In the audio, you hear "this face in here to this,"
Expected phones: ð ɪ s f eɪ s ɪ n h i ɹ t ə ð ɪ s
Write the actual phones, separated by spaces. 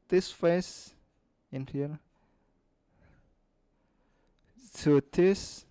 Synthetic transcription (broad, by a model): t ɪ s f eɪ s ɪ n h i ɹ s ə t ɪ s